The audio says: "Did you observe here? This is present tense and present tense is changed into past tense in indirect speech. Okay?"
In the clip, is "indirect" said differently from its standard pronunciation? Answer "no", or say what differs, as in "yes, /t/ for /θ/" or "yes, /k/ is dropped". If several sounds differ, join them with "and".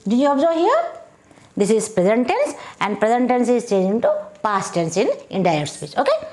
yes, /k/ is dropped